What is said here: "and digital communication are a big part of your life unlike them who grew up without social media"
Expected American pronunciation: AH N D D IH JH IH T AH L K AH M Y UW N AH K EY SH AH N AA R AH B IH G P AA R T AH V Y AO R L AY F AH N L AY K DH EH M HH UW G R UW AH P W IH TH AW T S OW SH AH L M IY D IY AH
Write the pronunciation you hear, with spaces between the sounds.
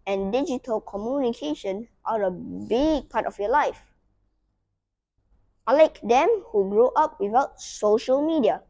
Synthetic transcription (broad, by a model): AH N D D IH JH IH T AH L K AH M Y UW N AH K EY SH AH N AA R AH B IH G P AA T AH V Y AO L AY F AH L AY K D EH M HH UW G R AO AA P W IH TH AW T S OW SH AH L M IY D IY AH